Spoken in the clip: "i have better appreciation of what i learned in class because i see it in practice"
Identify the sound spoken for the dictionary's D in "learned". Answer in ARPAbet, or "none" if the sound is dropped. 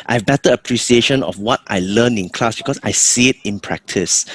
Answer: none